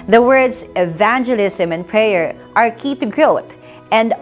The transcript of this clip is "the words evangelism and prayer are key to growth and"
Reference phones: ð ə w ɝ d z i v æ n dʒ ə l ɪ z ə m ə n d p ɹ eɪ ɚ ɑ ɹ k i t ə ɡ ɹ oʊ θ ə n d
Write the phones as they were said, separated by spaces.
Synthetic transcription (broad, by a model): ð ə w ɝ d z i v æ n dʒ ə l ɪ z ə m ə n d p ɹ eɪ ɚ ɑ ɹ k i t ə ɡ ɹ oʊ t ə n d